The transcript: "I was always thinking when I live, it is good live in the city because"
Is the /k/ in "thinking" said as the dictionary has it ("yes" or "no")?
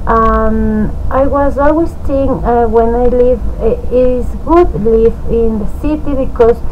no